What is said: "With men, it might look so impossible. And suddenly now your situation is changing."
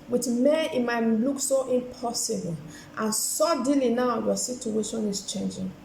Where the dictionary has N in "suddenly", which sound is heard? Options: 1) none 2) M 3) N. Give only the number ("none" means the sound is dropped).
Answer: 1